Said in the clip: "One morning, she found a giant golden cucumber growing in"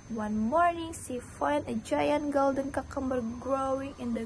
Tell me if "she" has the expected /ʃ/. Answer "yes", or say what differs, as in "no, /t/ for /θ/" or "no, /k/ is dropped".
no, /s/ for /ʃ/